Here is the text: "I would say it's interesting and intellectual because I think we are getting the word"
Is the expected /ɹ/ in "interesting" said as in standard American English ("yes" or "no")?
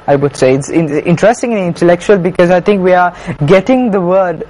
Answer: yes